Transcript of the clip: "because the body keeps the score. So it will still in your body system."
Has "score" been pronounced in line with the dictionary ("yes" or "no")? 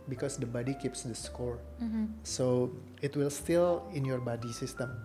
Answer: yes